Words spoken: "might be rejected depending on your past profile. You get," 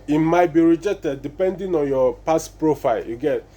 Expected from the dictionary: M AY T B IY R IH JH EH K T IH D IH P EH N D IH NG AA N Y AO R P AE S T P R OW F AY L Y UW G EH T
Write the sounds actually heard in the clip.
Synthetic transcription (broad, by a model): M AY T B IY R IH JH EH K T IH D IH P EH N D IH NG AA N Y AO P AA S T P R OW F AY L Y UW G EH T